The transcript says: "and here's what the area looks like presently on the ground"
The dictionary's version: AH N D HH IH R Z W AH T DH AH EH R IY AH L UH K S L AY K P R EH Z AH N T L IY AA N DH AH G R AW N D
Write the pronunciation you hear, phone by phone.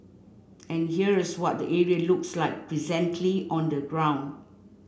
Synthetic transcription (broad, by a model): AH N HH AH R S W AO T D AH EH R IY AH L UH K S L AY K P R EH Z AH N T L IY AA N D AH G R AW N D